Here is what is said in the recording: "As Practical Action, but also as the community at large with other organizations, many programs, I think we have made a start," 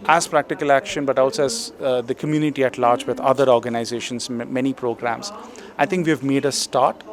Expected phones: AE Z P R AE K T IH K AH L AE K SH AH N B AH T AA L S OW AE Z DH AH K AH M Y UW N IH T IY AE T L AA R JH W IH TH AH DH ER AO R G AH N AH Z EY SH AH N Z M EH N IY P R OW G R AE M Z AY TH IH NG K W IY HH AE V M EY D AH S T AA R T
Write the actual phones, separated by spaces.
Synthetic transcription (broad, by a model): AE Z P R AE K T IH K AH L AE K SH AH N B AH T AA L S OW AE Z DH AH K AH M Y UW N IH T IY AE T L AA R JH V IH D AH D ER AO R G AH N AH Z EY SH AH N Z M EH N IY P R OW G R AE M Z AY T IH NG K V IY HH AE V M EY D AH S T AA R T